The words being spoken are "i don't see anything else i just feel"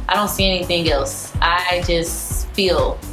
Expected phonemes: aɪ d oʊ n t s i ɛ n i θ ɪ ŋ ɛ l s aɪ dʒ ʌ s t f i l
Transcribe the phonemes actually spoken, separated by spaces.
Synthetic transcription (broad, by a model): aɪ d oʊ n t s i ɛ n i θ ɪ ŋ ɛ l s aɪ dʒ ʌ s t f i l